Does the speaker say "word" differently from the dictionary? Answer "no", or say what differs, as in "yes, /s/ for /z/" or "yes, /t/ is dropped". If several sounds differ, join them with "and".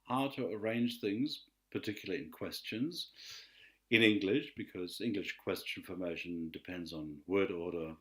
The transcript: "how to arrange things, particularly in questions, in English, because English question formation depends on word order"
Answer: no